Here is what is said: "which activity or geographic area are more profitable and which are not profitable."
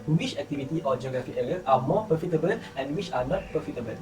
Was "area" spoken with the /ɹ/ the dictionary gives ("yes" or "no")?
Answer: no